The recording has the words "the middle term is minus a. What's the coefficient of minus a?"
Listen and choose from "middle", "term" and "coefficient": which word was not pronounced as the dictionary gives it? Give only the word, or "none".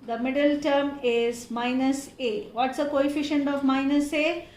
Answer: none